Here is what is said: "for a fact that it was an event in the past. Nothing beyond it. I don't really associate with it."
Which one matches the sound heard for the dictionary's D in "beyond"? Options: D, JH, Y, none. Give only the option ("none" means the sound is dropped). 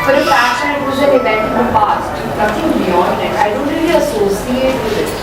none